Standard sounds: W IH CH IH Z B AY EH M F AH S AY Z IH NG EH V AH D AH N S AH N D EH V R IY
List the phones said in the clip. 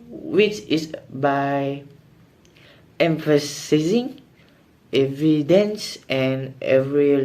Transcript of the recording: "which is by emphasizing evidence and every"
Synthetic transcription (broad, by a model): W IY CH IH S B AY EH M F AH S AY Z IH NG EH V AH D AH N S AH N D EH V R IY